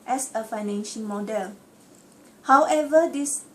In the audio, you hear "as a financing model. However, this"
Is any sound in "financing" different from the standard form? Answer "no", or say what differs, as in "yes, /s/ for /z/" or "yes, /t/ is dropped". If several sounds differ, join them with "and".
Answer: yes, /ʃ/ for /s/